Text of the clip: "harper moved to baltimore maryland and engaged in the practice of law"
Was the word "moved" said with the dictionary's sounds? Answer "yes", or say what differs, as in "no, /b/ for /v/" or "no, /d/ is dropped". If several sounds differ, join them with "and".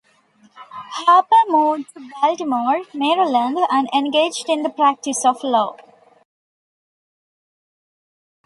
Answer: no, /v/ is dropped